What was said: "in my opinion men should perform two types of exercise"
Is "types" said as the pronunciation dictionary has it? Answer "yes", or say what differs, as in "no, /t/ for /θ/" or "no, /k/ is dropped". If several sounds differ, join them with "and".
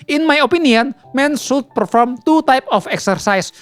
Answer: no, /s/ is dropped